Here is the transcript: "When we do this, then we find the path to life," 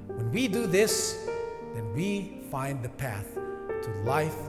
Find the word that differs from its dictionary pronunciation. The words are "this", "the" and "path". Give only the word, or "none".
none